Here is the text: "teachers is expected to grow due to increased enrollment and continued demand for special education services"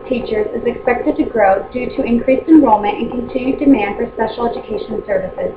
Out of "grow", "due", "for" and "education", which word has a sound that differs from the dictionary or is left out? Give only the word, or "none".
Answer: none